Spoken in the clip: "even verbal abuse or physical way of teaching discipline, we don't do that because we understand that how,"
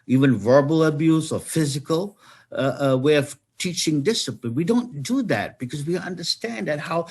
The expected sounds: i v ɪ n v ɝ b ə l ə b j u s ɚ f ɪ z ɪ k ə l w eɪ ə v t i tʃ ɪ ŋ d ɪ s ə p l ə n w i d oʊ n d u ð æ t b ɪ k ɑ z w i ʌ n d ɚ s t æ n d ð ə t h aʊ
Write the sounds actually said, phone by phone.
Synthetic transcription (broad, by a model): i v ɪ n v ɝ b ə l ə b j u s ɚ f ɪ z ɪ k ə l w eɪ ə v t i tʃ ɪ ŋ d ɪ s ə p l ə n w i d oʊ n d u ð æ t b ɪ k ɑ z w i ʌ n d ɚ s t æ n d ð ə t h aʊ